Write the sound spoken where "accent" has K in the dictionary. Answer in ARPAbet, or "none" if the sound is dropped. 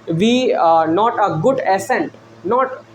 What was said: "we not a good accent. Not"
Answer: none